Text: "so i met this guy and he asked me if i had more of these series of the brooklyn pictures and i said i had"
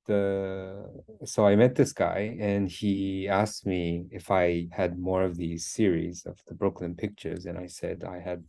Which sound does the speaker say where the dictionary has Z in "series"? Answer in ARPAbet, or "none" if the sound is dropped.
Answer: Z